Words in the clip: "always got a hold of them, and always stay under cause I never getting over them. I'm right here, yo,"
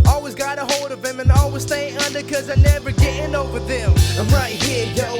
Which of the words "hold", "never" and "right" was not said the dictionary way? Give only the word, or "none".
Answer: none